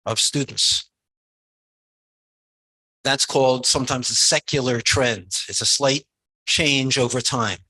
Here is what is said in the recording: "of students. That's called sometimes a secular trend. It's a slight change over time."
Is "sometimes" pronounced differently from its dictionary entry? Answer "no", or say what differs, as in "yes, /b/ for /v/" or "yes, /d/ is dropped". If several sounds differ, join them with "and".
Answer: no